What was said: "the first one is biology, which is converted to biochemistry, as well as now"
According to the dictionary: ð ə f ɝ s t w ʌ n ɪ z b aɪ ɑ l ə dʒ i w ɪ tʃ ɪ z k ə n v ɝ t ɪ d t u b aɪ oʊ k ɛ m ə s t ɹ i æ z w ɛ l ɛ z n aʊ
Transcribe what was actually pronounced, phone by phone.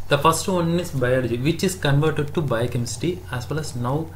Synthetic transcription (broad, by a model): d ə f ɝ s t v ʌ n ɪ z b aɪ ɑ l ə dʒ i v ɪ tʃ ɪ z k ə n v ɝ t ɪ d t u b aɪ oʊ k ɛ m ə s t i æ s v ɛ l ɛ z n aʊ